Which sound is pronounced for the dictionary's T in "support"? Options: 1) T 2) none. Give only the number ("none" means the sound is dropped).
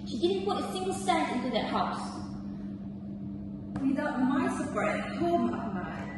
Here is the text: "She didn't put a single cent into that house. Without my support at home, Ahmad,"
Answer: 2